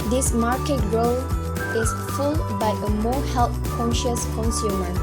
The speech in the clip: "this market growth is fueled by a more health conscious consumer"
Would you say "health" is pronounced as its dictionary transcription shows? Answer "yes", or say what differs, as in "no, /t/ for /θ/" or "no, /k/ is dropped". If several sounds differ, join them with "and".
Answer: no, /t/ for /θ/